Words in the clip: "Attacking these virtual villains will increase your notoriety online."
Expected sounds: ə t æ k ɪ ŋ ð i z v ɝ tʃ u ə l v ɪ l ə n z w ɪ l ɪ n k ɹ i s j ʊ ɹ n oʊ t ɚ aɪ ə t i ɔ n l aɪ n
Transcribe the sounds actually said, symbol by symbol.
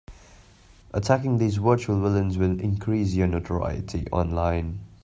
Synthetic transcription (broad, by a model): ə t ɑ k ɪ ŋ ð i z w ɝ tʃ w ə l w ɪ l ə n z w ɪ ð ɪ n k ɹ i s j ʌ n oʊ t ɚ aɪ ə t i ɔ n l aɪ n